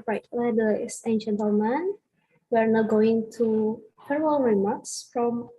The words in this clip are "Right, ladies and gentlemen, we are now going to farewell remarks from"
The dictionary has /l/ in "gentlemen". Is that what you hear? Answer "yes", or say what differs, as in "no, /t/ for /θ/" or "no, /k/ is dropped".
no, /l/ is dropped